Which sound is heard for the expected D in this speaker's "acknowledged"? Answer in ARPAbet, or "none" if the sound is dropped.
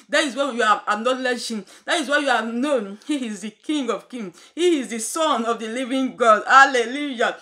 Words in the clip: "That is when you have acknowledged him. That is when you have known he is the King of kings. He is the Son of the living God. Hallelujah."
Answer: none